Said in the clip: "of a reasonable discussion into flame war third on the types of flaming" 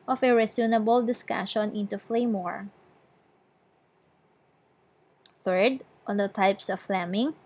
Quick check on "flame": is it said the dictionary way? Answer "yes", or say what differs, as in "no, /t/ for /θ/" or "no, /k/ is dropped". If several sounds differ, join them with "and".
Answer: yes